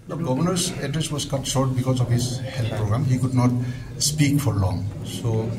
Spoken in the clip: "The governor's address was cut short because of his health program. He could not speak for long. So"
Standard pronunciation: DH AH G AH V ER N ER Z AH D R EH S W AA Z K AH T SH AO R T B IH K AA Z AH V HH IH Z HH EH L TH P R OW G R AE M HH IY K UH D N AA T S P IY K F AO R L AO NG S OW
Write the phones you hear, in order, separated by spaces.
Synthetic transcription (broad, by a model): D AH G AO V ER N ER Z AH D R EH S W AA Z K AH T S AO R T B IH K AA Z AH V HH IH Z HH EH L T P R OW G R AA M HH IY K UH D N AA T S P IY K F AO R L AO NG S OW